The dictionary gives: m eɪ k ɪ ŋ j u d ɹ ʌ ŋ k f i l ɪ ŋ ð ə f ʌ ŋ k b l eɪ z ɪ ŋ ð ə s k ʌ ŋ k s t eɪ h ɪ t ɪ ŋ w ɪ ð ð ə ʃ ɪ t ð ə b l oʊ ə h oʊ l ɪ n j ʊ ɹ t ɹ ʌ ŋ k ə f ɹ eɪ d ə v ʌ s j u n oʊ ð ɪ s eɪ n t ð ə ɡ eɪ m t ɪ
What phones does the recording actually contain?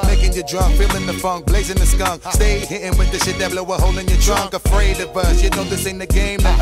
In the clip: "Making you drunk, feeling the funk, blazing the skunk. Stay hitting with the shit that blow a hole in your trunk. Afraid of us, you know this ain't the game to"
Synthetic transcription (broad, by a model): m eɪ k ɪ ŋ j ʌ d ɹ ʌ ŋ k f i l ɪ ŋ ð ə f ʌ ŋ k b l eɪ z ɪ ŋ ð ə s k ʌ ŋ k s t eɪ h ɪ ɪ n w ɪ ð ð ə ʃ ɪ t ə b l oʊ ə h oʊ l ɪ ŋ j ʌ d ɹ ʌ ŋ k ə f ɹ eɪ d ə v ʌ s j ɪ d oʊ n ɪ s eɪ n ð ə ɡ eɪ m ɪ